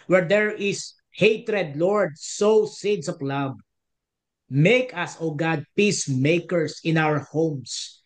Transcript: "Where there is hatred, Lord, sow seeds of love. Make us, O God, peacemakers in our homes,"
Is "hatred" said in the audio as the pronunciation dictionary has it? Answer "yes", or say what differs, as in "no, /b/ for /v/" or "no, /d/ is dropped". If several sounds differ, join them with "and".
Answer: yes